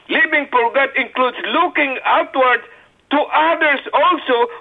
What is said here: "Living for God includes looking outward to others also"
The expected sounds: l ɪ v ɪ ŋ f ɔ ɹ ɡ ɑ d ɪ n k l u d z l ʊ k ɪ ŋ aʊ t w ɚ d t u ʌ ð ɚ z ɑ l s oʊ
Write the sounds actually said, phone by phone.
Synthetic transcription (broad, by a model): l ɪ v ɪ ŋ p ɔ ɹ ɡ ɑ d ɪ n k l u d s l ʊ k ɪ ŋ aʊ t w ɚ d t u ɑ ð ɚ s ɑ l s oʊ